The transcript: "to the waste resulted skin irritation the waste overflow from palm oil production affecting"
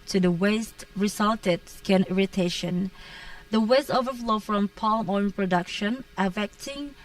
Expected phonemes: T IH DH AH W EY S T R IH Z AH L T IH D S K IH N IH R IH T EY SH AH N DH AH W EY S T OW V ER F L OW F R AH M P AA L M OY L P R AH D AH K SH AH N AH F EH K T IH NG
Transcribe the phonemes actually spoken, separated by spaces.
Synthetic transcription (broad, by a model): T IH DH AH W EY S T R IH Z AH L T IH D S K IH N IH R IH T EY SH AH N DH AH W EY S T OW V ER F L OW F R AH M P AA L M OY N P R AH D AH K SH AH N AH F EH K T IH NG